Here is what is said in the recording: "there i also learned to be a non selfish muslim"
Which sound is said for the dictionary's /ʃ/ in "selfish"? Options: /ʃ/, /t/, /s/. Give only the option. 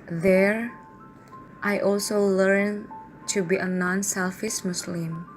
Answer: /s/